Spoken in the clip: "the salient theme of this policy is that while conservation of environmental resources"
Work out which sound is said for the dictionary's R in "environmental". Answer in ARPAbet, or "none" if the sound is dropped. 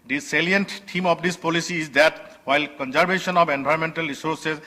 none